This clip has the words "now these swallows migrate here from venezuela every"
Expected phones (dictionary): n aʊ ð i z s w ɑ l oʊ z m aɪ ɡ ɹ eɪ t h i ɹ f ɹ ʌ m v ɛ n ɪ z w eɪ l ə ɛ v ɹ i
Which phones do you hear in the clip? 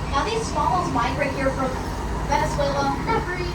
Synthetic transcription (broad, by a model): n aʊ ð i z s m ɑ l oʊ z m aɪ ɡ ɹ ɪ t h i ɹ f ɹ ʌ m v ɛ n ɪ s w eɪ l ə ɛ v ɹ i